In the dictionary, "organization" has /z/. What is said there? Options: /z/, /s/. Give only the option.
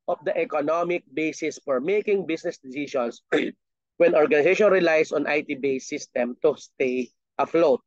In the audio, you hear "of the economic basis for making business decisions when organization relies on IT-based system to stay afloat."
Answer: /s/